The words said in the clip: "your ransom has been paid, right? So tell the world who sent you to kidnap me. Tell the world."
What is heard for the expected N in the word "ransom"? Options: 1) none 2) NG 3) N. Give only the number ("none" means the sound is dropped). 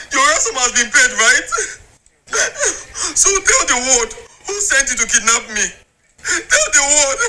1